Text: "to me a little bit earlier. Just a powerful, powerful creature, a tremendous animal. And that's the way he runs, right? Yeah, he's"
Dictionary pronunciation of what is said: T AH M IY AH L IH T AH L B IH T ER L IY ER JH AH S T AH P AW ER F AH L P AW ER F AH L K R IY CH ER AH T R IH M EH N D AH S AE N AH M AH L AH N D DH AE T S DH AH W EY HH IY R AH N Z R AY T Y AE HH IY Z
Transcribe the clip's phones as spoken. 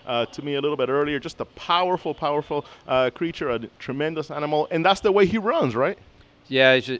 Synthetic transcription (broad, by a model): T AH M IY AH L IH T L B IH T ER L IY ER JH AH S T AH P AW ER F L P AW ER F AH K R IY CH ER AH T R IH M EH N D AH S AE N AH M L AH N DH AE T S DH AH W EY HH IY R AH N Z R AY T Y AE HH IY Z